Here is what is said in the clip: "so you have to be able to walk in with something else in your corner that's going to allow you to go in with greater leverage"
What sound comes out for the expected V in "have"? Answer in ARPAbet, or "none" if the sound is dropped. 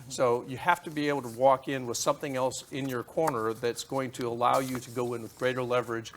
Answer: F